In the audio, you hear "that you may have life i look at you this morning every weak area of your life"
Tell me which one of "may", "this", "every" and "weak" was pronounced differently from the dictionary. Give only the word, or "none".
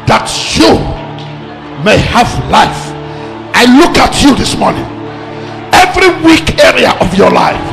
none